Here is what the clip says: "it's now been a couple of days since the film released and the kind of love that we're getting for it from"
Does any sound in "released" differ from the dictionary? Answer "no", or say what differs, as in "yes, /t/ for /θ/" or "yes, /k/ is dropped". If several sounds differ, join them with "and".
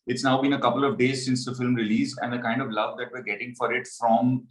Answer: yes, /t/ is dropped